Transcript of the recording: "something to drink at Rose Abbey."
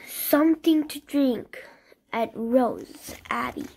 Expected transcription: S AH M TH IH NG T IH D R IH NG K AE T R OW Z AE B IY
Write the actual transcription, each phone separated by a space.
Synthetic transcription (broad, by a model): S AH M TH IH NG T IH D R IH NG K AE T R OW Z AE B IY